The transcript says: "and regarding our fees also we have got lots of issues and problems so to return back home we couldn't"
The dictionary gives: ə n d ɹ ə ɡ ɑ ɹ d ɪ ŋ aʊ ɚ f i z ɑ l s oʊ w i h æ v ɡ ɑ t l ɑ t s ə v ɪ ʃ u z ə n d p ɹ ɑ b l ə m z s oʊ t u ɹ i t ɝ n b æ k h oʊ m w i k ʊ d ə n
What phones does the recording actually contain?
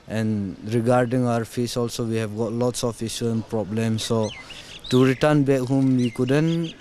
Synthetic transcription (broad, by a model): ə n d ɹ ə ɡ ɑ ɹ d ɪ ŋ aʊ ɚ f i s ɑ l s oʊ w i h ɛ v ɡ ɑ t l ɑ t s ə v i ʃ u ə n p ɹ ɑ b l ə m s oʊ t u ɹ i t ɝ n b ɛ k h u m w i k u d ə n